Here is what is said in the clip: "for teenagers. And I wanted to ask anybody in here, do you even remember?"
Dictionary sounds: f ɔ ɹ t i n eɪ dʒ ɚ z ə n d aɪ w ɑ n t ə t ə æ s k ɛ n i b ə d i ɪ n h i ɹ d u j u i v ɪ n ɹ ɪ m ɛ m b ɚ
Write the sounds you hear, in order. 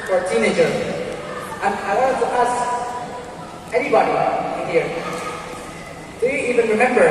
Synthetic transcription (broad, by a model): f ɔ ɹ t i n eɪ dʒ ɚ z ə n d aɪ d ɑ t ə t ə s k ɛ n i b ə d i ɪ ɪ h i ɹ d u j u i v ɪ n ɹ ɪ m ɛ m b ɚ